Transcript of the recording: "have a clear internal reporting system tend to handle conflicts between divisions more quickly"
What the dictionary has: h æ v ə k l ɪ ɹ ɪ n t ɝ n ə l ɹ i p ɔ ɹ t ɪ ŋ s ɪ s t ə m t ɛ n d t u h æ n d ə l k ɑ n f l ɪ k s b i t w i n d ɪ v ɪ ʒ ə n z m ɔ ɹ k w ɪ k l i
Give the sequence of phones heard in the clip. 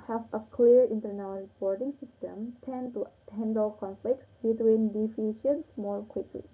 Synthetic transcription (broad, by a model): h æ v ə k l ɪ ɹ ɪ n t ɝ n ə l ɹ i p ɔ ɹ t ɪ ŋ s ɪ s t ə m t ɛ n d t u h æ n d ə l k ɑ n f l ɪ k s b i t w i n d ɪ f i ʃ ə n s m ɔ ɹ k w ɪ k l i